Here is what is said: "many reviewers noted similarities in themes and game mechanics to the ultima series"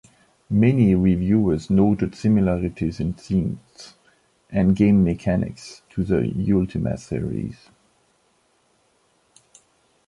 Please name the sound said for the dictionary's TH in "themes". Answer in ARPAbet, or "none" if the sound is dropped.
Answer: S